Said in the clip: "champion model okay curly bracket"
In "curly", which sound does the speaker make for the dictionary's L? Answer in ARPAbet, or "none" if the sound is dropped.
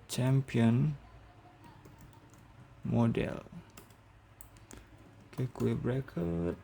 none